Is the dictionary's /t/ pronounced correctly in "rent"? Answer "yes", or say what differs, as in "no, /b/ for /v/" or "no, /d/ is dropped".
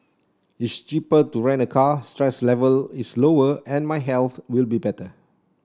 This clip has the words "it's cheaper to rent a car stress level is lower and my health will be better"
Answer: no, /t/ is dropped